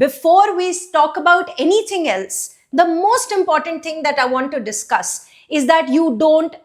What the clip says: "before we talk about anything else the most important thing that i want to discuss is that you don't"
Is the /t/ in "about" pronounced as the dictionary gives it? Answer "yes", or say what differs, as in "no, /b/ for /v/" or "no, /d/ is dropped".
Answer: yes